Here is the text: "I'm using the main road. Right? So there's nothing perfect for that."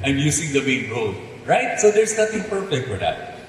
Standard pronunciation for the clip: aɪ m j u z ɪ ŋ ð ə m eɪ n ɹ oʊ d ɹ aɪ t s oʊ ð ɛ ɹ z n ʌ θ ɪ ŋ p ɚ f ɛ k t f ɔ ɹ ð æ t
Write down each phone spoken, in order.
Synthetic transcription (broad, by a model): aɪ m j u s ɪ ŋ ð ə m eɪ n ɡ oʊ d ɹ aɪ t s oʊ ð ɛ ɹ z n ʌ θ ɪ ŋ p ɚ f ɛ k t f ɔ ɹ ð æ t